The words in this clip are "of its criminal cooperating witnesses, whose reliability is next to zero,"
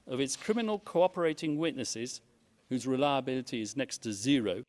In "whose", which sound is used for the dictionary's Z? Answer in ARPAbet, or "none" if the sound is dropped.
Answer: Z